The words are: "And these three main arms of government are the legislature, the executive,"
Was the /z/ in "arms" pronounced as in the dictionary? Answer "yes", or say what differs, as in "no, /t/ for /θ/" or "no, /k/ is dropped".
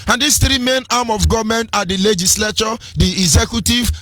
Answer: no, /z/ is dropped